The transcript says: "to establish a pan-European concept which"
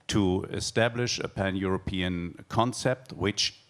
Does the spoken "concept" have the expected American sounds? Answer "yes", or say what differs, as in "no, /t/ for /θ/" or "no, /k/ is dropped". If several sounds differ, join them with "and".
yes